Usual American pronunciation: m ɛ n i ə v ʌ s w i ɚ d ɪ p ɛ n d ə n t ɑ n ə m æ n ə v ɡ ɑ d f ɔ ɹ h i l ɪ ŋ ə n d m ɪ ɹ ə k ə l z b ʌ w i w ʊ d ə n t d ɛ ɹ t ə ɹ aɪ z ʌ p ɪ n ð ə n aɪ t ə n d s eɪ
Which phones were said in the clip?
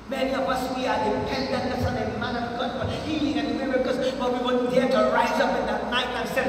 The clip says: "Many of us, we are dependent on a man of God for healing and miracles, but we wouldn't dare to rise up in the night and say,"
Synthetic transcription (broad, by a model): m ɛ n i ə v ʌ s w i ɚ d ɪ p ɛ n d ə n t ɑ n ə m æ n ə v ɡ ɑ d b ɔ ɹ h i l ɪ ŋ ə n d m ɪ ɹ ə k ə z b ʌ w i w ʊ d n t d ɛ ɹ t ə ɹ aɪ z ʌ p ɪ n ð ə n aɪ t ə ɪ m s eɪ